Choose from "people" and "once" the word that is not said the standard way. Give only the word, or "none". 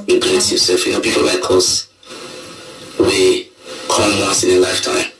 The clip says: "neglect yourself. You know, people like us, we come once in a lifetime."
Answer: once